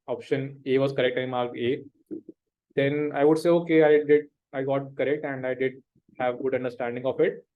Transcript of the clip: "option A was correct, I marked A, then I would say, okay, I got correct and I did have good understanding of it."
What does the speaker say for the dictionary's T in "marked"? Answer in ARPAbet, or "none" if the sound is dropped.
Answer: none